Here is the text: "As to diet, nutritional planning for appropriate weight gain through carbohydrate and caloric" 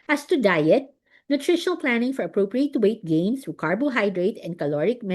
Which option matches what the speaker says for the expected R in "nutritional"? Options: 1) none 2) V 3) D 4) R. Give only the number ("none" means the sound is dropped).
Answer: 4